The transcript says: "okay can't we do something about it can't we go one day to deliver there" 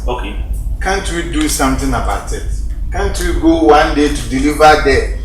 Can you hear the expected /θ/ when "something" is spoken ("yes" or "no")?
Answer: no